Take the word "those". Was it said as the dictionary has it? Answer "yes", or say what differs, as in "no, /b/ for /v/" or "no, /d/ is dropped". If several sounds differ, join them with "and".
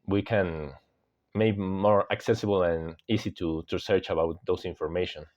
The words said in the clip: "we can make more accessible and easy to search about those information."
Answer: no, /s/ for /z/